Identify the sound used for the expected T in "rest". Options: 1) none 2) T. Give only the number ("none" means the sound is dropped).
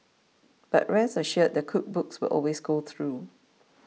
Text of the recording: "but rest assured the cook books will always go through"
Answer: 1